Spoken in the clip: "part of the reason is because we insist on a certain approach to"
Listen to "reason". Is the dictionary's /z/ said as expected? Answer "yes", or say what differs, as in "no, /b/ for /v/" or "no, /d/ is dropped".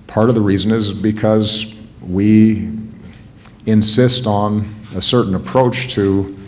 yes